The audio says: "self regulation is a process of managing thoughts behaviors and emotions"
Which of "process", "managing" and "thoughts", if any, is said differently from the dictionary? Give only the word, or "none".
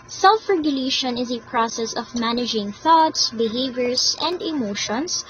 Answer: none